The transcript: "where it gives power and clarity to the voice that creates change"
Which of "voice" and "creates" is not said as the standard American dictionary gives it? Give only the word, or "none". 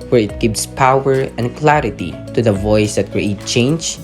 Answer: creates